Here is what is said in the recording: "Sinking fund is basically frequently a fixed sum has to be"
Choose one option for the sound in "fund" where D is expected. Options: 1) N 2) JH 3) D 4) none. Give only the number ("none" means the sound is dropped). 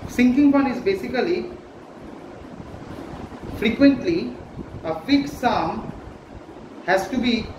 4